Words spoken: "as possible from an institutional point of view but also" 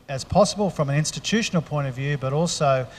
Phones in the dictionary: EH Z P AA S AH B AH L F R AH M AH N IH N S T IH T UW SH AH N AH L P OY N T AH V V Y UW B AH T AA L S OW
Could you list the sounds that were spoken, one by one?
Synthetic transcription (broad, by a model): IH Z P AA S AH B AH L F R AH M AH N IH N S T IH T UW SH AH N L P OY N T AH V V Y UW B AH T AA L S OW